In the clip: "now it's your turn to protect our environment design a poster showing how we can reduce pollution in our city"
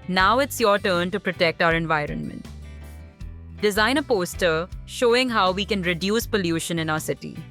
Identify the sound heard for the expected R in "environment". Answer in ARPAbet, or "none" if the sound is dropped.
R